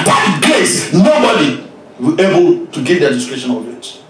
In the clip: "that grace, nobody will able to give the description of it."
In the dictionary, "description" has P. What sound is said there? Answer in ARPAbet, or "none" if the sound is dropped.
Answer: none